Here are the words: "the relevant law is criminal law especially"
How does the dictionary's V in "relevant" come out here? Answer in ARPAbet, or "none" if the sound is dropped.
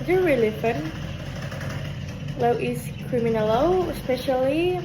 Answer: F